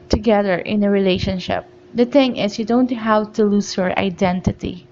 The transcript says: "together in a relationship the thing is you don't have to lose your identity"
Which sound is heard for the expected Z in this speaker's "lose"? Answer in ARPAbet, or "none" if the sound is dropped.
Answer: S